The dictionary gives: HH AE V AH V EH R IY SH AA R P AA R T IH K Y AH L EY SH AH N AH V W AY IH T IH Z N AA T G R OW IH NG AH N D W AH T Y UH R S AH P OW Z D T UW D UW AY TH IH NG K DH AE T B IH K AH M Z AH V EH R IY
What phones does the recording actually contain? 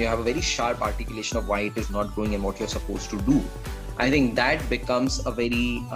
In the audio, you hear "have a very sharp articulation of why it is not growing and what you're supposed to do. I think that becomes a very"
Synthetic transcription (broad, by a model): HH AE V AH V EH R IY SH AA R P AA R T IH K Y AH L EY SH AH N AH V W AY IH T IH Z N AA T G R OW IH NG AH N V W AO T Y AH R S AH P OW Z T UW D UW AY T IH NG K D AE T B IH K AH M Z AH V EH R IY